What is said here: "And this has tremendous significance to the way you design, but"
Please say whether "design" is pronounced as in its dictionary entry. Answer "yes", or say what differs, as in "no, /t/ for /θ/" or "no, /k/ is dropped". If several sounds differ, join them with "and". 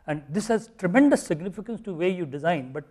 yes